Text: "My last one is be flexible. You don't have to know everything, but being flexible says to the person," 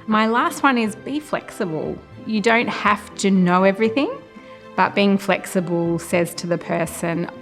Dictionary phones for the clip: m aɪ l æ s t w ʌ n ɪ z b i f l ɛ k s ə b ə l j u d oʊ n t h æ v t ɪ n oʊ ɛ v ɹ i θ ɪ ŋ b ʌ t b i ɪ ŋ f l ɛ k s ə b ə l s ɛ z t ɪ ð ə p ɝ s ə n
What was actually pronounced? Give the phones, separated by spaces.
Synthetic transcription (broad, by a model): m aɪ l æ s t w ʌ n ɪ z b i f l ɛ k s ə b ə l j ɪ d oʊ n t h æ f t ɪ n oʊ ɛ v ɹ i θ ɪ ŋ b ʌ t b i ɪ ŋ f l ɛ k s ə b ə l s ɛ z t ɪ ð ə p ɝ s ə n